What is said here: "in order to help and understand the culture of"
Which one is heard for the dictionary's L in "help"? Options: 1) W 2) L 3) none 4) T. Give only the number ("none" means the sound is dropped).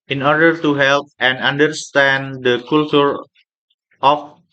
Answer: 2